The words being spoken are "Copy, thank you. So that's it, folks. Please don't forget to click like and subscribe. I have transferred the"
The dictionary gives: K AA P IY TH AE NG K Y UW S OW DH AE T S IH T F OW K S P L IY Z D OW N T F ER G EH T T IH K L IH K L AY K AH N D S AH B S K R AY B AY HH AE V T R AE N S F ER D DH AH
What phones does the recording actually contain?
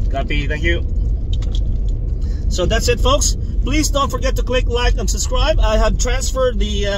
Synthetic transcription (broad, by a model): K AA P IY TH AE NG K Y UW S OW DH AE T S IH T F OW K S P L IY Z D OW N T F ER G EH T T IH K L IH K L AY K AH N S AH B S K R AY B AY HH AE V T R AE N S F ER D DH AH